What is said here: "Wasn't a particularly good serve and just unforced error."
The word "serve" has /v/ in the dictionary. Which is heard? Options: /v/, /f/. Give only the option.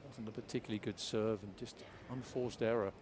/v/